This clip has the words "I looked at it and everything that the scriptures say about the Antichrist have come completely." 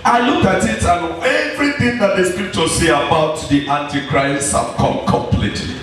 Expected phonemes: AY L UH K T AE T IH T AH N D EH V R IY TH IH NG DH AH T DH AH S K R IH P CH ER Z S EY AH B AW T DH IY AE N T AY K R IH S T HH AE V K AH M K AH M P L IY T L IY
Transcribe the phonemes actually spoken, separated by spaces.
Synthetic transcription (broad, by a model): AY L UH K AA T IH T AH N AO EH V R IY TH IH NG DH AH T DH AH S K R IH P CH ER S EY AH B AW T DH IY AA N T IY K R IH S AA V K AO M K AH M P L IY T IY